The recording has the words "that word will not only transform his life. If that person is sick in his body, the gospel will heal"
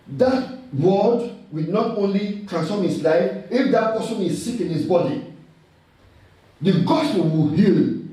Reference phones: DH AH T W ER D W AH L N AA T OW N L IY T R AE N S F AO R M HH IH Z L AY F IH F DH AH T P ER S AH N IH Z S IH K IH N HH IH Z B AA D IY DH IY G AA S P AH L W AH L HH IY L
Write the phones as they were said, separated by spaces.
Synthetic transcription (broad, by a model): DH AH T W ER D W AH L N AA T OW N L IY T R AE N S F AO M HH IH S L AY F IH F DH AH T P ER S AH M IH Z S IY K IH N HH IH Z B AA D IY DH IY G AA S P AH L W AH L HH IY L